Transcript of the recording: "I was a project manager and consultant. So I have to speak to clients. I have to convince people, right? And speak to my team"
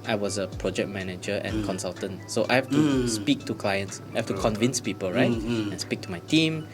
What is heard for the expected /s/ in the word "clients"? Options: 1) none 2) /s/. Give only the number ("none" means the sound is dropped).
2